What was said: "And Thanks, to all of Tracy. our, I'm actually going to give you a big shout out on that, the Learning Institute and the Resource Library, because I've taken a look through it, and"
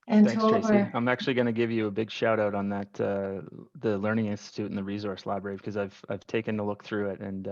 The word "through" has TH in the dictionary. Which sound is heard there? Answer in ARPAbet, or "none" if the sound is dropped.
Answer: TH